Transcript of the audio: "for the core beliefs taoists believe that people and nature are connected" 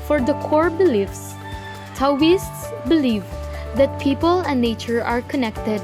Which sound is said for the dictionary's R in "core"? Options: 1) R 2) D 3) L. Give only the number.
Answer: 1